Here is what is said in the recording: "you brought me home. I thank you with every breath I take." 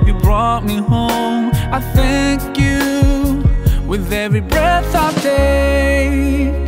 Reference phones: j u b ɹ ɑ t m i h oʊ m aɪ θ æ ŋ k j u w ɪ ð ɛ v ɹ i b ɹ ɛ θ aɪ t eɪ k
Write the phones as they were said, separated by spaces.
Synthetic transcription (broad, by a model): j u b ɹ ɑ t m i h oʊ m aɪ θ æ ŋ k j u w ɪ ð ɛ v ɹ i b ɹ ɛ θ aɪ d eɪ